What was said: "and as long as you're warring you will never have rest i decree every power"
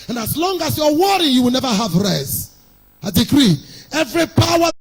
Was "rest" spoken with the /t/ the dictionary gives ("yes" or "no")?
no